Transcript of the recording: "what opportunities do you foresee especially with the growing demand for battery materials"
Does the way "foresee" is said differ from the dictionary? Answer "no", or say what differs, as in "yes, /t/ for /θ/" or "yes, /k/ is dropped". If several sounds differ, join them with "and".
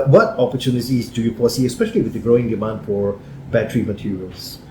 yes, /p/ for /f/